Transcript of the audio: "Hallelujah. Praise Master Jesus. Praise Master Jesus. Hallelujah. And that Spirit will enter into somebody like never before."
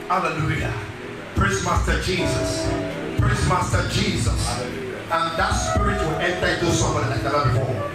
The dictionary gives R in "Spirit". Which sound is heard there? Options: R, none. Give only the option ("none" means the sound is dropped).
R